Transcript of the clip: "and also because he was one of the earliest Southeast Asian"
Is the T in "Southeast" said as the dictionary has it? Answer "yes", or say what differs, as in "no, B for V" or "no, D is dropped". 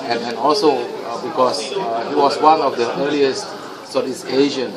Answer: no, T is dropped